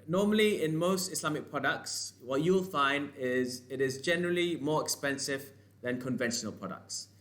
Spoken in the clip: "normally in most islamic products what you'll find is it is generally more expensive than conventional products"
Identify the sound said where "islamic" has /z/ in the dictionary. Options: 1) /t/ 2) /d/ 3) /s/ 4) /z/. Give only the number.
3